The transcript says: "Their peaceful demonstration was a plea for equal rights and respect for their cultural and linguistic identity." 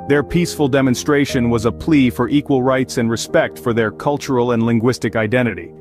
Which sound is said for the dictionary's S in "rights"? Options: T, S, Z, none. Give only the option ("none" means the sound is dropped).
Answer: S